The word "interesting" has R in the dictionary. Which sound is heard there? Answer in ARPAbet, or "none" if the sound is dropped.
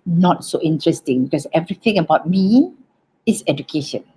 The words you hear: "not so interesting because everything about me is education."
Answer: R